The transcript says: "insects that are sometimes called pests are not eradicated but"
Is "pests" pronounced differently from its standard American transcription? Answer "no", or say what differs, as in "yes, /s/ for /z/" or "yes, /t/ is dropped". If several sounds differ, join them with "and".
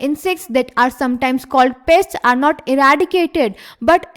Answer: no